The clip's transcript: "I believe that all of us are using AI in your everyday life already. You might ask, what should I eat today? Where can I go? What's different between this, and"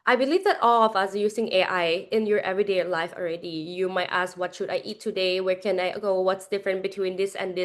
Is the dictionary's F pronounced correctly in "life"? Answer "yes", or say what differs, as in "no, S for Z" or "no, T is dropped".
yes